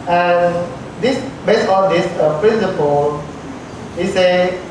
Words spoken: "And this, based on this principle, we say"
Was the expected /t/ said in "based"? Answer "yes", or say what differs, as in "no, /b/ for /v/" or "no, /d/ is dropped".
no, /t/ is dropped